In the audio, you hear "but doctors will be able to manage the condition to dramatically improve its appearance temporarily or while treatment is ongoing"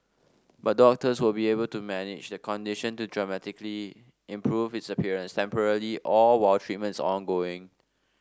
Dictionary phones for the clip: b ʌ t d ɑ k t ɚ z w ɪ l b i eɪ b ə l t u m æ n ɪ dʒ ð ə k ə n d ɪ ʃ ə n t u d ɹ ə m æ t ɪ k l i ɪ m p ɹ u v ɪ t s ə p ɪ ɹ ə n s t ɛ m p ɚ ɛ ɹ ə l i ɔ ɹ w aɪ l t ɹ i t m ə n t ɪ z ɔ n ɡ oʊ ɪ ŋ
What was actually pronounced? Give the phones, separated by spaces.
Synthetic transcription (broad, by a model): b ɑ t d ɑ k t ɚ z w ɪ l b i eɪ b ə l t u m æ n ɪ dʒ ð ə k ə n d ɪ ʃ ə n t u d ɹ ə m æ t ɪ k l i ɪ m p ɹ u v ɪ t s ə p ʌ ɹ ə n s t ɛ m p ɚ ɹ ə l i ɔ l w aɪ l t ɹ i t m ə n t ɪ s ɔ n ɡ oʊ ɪ ŋ